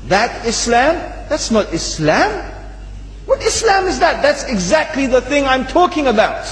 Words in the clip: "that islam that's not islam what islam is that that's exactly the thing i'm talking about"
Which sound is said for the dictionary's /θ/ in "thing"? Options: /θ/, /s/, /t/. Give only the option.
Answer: /θ/